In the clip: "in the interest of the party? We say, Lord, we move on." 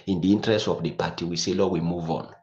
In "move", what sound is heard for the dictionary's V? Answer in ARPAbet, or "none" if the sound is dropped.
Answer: V